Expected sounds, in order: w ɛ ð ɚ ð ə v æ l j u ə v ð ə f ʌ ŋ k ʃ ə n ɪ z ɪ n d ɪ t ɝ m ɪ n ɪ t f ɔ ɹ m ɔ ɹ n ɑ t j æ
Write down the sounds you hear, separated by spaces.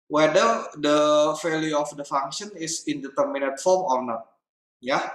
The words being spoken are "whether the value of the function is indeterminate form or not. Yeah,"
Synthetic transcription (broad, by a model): w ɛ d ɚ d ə f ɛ l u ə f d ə f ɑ ŋ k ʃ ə n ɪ s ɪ n d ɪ t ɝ m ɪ n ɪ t f ɔ ɹ m ɔ ɹ n ɑ t j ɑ